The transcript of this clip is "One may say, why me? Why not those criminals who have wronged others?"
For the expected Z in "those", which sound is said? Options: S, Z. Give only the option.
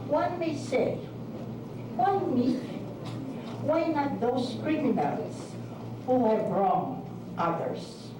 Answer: S